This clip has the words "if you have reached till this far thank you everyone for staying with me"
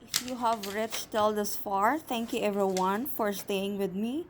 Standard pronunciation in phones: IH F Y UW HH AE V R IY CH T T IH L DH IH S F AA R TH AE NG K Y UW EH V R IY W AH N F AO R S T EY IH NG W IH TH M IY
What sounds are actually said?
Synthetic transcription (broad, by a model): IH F Y UW HH AE V R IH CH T T IH L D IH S F AA R T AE NG K Y UW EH V R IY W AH N F AO R S T EY IH NG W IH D M IY